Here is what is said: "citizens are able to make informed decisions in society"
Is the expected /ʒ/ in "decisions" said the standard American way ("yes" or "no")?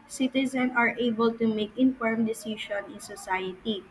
no